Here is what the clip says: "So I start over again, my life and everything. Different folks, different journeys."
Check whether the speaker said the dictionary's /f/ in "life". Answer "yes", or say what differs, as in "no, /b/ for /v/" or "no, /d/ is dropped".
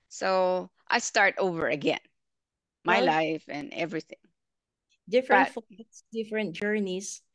yes